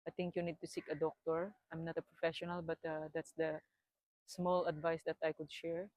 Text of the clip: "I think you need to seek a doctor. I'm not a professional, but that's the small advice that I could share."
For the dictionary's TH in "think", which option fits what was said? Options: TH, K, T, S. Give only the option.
T